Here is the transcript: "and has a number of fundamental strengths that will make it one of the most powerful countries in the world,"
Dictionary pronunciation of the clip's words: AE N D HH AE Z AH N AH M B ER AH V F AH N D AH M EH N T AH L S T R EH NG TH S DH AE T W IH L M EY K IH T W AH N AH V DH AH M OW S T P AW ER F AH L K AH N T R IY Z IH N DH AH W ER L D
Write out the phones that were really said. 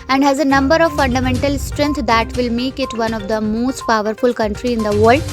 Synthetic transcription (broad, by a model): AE N D HH AE Z AH N AH M B ER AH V F AH N D AH M EH N T AH L S T R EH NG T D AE T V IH L M EY K IH T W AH N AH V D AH M OW S T P AW ER F AH L K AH N T R IY IH N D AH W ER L D